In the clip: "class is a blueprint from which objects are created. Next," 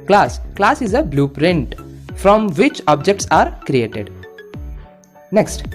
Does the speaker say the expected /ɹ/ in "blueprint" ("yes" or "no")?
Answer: yes